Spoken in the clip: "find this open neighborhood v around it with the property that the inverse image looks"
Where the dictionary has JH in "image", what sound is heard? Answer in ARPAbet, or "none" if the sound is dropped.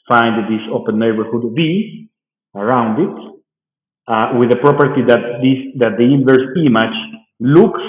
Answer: CH